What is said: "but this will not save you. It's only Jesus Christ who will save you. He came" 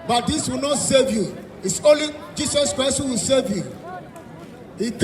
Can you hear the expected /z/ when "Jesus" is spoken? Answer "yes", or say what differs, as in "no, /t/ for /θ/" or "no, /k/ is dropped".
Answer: no, /s/ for /z/